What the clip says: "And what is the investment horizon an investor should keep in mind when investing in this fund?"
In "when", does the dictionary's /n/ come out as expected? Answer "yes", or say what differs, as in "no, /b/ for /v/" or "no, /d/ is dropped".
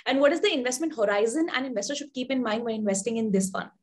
no, /n/ is dropped